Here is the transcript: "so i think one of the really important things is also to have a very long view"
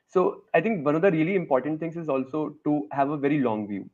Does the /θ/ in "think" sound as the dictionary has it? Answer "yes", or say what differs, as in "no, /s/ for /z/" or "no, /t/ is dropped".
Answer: no, /t/ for /θ/